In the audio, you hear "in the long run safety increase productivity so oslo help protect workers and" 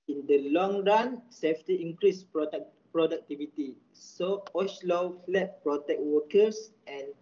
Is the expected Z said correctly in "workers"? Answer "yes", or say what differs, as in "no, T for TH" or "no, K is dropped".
no, S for Z